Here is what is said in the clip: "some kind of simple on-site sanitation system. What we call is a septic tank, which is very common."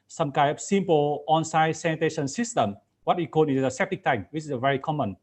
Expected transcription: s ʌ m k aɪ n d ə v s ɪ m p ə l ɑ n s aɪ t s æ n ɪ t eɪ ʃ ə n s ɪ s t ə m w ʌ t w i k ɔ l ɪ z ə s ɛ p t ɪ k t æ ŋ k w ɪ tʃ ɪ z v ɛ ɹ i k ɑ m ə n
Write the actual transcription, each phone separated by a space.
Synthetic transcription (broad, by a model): s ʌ m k aɪ d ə p s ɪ m p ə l ɑ n s aɪ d s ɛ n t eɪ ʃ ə n s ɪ s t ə m w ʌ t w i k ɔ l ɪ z ə s ɛ p t ɪ k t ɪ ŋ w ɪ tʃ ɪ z v ɛ ɹ i k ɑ m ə n